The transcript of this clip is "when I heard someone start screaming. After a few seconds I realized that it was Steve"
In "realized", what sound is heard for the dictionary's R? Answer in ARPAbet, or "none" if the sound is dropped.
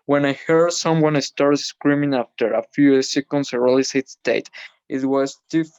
L